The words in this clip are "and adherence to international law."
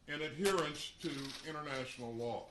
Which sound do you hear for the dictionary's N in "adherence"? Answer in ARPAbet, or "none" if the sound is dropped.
N